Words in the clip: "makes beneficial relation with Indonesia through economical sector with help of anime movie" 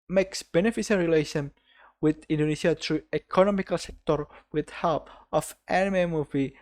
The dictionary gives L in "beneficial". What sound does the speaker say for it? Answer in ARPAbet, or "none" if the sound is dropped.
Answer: N